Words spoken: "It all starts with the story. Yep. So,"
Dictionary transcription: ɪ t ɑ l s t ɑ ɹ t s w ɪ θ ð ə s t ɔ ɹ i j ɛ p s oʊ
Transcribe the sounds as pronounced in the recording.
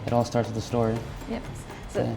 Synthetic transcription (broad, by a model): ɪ t ɑ l s t ɑ ɹ t s ð ə s t ɔ ɹ i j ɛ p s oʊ